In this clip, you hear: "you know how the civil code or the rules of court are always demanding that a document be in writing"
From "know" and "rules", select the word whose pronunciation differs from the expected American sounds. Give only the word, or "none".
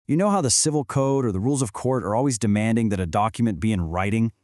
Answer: none